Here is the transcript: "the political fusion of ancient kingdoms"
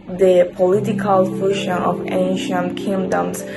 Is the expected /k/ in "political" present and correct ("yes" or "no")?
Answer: yes